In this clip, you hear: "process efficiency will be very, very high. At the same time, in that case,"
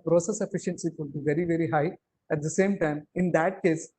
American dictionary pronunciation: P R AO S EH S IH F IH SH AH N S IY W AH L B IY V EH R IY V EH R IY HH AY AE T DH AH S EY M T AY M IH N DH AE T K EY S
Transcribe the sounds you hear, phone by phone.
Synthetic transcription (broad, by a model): P R AO S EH S IH F IH SH AH N S IY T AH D B IY V EH R IY V EH R IY HH AY AE T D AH S EY M T AY M IH N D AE T K EY S